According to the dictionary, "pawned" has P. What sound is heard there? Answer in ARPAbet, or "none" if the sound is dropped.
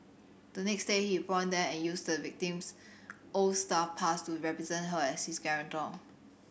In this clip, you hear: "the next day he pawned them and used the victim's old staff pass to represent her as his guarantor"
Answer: B